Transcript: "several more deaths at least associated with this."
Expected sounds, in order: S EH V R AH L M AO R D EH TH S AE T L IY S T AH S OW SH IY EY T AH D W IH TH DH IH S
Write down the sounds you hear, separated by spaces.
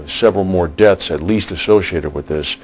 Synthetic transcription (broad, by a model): S EH V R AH L M AO R D EH TH S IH T L IY S T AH S OW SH IY EY T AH D W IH DH IH S